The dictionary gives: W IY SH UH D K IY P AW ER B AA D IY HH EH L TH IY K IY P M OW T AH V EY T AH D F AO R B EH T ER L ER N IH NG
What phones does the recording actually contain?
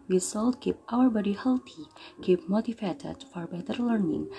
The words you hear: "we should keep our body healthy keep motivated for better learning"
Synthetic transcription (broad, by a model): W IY S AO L K IY P AW ER B AA D IY HH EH L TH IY K IY P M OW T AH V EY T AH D F AO R B EH T ER L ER N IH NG